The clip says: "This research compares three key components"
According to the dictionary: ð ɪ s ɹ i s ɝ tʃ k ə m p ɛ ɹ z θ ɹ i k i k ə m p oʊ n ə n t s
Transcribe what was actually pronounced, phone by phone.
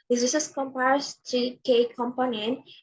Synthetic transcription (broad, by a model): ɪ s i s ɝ s k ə m p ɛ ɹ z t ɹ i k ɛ k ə m p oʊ n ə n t